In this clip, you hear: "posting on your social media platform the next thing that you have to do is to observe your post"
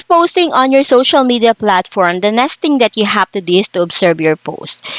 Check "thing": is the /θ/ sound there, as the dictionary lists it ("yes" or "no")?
no